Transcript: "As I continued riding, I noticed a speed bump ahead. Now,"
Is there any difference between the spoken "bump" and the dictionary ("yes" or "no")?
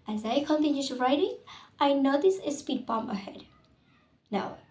yes